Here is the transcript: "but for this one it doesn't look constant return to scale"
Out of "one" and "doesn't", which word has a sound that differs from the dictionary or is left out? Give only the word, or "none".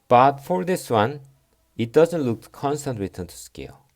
none